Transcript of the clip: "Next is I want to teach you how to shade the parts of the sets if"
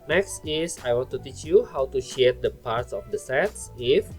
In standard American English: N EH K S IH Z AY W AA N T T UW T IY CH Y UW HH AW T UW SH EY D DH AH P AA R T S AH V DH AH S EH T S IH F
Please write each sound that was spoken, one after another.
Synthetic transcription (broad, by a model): N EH K S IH S AY W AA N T T UW T IY CH Y UW HH AW T UW SH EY D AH P AA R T S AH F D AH S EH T S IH F